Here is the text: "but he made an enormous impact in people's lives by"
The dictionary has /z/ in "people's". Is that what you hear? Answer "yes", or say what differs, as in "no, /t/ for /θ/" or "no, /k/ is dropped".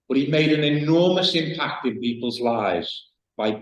yes